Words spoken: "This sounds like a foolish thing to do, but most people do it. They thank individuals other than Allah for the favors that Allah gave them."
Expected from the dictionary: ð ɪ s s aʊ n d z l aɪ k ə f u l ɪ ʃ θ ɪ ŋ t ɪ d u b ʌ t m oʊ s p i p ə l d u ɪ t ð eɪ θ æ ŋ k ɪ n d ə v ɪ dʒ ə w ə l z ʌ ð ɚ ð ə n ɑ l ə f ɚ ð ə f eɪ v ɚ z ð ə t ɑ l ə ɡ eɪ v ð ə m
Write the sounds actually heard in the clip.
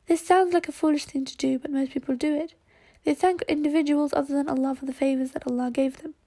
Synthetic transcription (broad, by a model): ð ɪ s s aʊ n d z l aɪ k ə f u l ɪ ʃ θ ɪ ŋ t ɪ d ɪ b ʌ t m oʊ s p i p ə l d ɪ ɪ t ð eɪ θ æ ŋ k ɪ n d ə v ɪ dʒ ə w ə l z ʌ ð ɚ ð ə n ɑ l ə f ɚ ð ə f eɪ v ɚ z ð ə t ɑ l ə ɡ eɪ v ð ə m